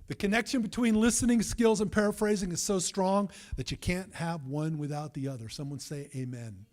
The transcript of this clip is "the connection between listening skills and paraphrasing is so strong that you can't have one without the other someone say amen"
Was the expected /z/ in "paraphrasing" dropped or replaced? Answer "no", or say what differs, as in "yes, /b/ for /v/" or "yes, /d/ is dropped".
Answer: no